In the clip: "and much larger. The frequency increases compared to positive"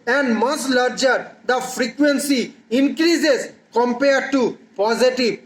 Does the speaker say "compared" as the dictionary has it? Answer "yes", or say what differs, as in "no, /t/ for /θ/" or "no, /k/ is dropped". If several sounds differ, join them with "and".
yes